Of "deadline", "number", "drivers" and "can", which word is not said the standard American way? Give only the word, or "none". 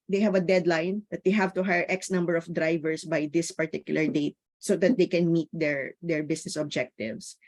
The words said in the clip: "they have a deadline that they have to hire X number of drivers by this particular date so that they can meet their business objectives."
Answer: drivers